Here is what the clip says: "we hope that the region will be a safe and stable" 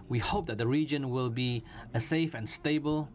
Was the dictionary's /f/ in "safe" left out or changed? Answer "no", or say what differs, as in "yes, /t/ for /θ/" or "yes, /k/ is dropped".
no